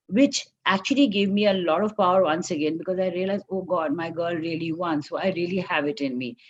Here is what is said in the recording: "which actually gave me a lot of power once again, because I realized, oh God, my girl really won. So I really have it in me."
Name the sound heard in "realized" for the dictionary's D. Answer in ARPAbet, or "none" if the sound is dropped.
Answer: none